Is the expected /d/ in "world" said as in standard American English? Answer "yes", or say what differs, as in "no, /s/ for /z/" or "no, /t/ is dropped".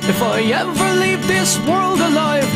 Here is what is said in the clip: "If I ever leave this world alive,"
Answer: yes